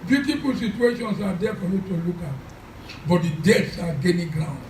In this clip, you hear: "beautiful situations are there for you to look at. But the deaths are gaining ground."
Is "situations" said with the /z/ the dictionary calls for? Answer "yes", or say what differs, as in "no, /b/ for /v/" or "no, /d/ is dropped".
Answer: no, /s/ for /z/